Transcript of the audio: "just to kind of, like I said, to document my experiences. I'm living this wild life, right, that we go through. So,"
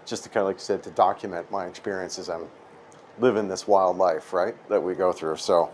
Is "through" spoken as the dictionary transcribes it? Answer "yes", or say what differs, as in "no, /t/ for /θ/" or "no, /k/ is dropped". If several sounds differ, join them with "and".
yes